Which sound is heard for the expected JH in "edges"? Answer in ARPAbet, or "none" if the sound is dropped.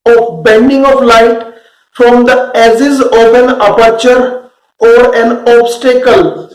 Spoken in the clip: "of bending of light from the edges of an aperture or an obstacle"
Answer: Z